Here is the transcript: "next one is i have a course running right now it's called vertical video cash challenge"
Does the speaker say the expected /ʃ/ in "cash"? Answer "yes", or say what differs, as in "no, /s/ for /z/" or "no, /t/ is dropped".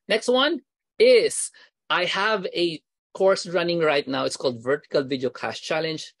no, /s/ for /ʃ/